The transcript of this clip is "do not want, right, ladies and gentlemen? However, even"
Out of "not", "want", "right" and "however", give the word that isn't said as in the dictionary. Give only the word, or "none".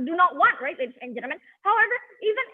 none